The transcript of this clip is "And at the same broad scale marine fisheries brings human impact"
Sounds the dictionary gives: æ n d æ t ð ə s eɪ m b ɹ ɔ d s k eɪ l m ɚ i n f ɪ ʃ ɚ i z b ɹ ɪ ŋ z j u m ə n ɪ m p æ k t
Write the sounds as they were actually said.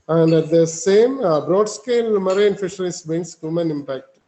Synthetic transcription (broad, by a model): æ n d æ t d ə s eɪ m b ɹ ɔ d s k eɪ l m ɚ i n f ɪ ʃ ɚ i s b ɪ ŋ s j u m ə n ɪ m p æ k t